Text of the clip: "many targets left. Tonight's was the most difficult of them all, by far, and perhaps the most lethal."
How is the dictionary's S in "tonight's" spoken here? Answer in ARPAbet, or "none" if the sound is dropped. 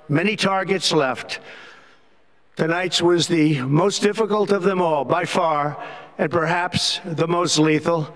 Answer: S